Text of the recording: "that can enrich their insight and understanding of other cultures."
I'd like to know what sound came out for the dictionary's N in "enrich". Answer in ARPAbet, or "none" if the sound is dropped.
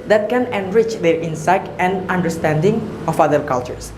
N